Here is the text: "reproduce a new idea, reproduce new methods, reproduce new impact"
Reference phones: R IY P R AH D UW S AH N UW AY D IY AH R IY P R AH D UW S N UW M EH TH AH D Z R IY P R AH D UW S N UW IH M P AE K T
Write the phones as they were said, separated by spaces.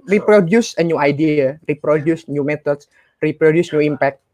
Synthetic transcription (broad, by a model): R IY P R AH D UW S AH N UW AY D IY AH R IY P R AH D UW S N UW M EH T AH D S R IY P R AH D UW S N UW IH M P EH K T